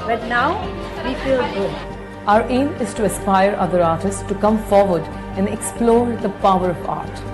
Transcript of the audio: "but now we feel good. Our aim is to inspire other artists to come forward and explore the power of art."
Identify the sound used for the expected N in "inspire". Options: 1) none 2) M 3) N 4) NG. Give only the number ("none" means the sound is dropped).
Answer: 1